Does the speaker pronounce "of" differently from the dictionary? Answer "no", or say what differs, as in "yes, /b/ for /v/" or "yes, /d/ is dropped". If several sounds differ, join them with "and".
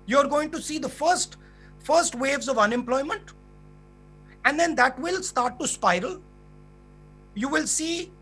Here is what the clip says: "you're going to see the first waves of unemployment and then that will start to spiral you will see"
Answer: no